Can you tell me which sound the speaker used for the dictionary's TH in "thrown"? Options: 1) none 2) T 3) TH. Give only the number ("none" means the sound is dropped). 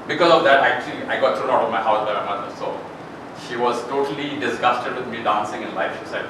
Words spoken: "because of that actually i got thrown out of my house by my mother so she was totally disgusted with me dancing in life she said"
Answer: 2